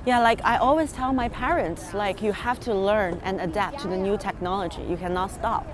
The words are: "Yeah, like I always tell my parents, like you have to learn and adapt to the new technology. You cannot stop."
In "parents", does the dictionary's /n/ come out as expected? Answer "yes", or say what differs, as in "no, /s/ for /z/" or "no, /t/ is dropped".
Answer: yes